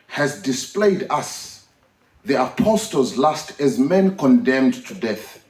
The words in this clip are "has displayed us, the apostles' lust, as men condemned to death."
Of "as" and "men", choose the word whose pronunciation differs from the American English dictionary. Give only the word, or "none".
none